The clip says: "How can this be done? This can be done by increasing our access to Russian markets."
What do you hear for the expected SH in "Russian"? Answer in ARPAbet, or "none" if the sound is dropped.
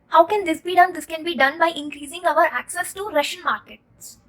SH